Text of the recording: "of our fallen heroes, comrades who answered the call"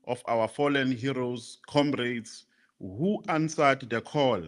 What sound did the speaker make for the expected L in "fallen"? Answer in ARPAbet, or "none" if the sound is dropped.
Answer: L